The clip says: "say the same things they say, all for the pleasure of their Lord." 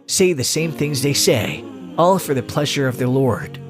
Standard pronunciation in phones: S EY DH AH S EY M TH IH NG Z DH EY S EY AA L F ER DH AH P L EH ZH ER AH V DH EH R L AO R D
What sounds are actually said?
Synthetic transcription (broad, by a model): S EY DH AH S EY M TH IH NG Z DH EY S EY AA L F ER DH AH P L EH ZH ER AH V DH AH R L AO R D